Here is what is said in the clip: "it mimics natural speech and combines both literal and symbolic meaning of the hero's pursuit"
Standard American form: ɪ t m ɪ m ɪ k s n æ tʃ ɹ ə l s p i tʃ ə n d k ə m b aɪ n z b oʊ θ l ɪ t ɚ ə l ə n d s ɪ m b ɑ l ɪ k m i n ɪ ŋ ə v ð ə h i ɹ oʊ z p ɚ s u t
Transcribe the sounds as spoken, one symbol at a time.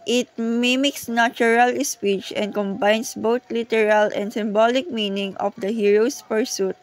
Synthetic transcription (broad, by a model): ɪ t m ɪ m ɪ k s n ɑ tʃ ɹ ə l s p i tʃ ə n d k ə m b aɪ n s b oʊ t l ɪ t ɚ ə l ə n d s ɪ m b ɑ l ɪ k m i n ɪ ŋ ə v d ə h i ɹ oʊ s p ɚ s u t